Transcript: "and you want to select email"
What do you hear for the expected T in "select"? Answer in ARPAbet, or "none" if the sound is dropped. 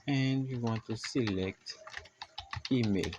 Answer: T